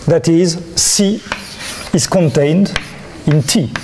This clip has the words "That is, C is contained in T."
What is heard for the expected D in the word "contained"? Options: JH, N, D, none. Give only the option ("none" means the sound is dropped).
D